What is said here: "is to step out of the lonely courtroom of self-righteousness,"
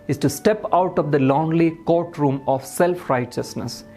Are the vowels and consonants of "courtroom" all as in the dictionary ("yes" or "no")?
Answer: yes